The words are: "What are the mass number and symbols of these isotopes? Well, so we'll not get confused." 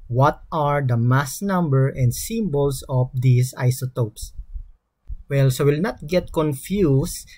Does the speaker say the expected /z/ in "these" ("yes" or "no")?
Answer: no